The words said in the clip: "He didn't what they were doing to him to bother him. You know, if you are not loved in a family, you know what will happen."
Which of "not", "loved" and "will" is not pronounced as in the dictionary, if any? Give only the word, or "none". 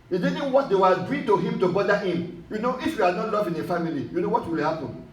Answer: loved